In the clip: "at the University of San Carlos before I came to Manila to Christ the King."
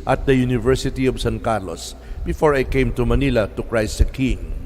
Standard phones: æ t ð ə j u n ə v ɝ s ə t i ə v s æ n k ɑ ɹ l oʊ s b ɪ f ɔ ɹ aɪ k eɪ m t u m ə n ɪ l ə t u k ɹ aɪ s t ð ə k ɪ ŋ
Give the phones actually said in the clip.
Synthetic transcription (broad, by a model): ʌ t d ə j u n ə v ɝ s ə t i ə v s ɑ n k ɑ ɹ l oʊ s b ɪ f ɔ ɹ aɪ k eɪ m t u m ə n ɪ l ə t u k ɹ aɪ s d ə k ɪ ŋ